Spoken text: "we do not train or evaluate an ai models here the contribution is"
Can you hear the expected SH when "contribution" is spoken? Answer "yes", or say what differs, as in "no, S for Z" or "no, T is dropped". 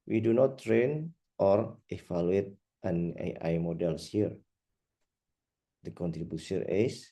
no, S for SH